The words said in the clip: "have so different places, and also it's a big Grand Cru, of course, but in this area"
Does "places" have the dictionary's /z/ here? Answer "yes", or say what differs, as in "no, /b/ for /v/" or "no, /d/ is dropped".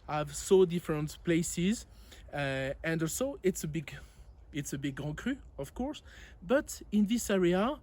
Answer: yes